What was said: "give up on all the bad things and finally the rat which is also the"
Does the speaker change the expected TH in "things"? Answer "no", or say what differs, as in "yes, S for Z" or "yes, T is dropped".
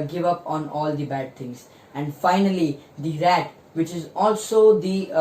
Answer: yes, T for TH